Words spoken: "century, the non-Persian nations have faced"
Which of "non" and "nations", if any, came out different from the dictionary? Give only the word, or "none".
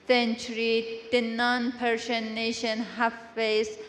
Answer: nations